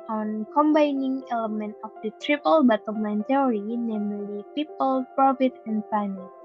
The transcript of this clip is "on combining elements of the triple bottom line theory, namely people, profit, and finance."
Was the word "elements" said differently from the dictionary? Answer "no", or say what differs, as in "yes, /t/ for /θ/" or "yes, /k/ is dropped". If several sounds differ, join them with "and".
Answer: yes, /s/ is dropped